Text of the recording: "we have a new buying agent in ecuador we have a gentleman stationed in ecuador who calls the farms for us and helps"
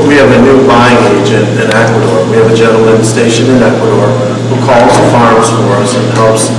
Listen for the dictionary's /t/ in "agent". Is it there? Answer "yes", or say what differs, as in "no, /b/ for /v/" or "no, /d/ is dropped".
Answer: yes